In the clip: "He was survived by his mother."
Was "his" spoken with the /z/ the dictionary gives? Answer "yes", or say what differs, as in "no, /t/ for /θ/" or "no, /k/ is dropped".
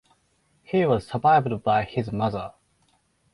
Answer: yes